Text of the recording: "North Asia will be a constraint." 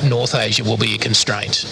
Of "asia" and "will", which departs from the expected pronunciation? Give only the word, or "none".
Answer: none